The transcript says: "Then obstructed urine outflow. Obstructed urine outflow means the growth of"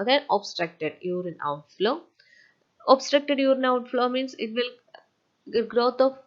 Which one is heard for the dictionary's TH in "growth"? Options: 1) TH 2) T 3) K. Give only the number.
2